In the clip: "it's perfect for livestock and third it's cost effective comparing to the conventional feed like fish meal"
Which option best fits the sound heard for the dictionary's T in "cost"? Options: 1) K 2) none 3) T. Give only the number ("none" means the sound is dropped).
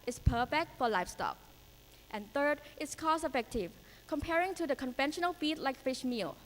2